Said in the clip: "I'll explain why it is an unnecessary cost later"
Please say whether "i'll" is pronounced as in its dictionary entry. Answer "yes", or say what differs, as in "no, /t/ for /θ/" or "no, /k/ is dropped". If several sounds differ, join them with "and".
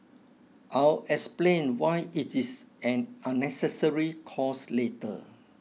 yes